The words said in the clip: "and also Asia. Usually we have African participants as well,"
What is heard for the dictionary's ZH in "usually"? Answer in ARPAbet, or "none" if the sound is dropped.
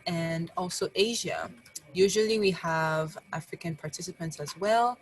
ZH